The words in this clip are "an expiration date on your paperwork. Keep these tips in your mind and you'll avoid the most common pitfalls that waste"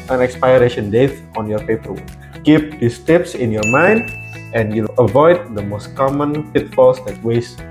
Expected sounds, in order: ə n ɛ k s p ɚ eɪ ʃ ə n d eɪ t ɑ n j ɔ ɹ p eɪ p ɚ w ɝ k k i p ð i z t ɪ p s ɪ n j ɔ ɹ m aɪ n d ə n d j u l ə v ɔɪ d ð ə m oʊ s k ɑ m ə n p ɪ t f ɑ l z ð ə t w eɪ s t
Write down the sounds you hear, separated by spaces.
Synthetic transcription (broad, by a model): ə n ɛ k s p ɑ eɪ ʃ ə n d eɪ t ɑ n j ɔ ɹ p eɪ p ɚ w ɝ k k i p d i s t ɪ p s ɪ n j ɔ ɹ m aɪ n d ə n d j u l ə v ɔɪ d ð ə m oʊ s k ɑ m ə n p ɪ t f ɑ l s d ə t w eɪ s